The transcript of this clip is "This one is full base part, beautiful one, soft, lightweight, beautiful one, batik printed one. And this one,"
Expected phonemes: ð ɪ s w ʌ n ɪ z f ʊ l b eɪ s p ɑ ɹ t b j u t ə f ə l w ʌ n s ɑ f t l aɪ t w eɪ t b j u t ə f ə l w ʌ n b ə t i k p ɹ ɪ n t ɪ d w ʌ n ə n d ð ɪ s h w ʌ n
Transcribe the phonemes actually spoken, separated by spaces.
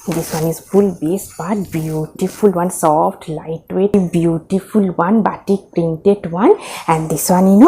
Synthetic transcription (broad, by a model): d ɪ s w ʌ n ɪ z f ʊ l b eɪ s b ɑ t b j u t ə f ə l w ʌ n s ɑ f t l aɪ t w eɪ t b j u t ə f ə l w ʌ n b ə t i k p ɹ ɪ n t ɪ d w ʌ n ə n d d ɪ s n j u n